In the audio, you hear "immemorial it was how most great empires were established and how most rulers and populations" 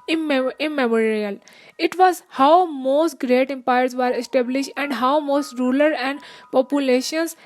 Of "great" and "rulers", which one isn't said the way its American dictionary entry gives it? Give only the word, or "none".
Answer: rulers